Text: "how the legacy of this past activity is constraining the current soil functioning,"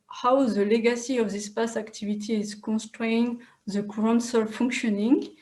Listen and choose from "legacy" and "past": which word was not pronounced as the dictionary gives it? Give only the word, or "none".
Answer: past